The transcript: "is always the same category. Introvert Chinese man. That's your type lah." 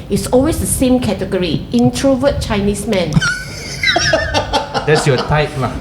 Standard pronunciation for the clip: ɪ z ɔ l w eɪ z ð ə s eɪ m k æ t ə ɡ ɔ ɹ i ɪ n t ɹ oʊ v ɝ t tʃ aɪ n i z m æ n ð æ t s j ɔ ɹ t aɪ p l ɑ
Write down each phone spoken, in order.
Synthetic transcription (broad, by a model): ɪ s ɔ l w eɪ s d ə s eɪ m k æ t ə ɡ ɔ ɹ i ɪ n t ɹ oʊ v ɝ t tʃ aɪ n i s m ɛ n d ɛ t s j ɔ t aɪ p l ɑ